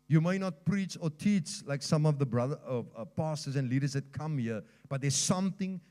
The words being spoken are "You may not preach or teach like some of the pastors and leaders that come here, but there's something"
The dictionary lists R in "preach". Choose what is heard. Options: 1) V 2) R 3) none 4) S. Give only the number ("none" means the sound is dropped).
2